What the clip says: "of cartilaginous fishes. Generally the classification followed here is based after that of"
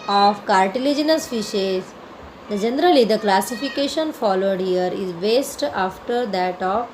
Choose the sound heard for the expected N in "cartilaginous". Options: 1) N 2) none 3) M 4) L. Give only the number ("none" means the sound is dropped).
1